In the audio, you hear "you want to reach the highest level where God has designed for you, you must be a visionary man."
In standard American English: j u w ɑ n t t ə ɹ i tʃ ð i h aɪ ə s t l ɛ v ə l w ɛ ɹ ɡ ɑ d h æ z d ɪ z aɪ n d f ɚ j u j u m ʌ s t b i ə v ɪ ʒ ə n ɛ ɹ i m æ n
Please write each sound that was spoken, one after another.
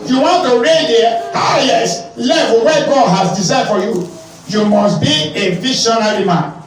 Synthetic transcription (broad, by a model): j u w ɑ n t t ə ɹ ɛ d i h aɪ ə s l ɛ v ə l w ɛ ɡ ɑ d h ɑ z d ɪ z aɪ d f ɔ j u j u m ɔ s t b i ə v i ʃ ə n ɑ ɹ i m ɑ n